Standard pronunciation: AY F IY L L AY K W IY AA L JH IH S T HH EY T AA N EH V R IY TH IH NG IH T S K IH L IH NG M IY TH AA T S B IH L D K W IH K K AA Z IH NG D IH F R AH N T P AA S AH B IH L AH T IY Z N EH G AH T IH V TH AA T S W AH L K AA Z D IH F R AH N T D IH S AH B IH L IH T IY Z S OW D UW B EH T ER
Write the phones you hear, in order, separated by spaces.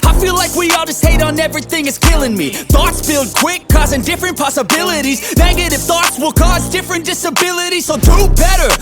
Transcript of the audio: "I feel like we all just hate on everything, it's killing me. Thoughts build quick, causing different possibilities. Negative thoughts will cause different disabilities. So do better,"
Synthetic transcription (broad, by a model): AY F IY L L AY K W IY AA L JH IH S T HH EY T N EH V R IY TH IH NG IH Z K IH L IH NG M IY TH AA T S B IH L D K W IH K K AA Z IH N D IH F R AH N P AA S AH B IH L AH T IY Z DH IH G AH T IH F TH AA T S W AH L K AA Z D IH F R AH N D IH S AH B IH L IH T IY Z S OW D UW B EH T ER